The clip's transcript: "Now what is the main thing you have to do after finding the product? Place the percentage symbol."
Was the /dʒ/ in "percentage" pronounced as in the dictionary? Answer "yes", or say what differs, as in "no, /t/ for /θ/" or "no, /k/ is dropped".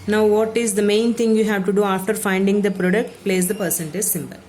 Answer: no, /z/ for /dʒ/